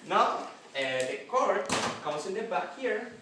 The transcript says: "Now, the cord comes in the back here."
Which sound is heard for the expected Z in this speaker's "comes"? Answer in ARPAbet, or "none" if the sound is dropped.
S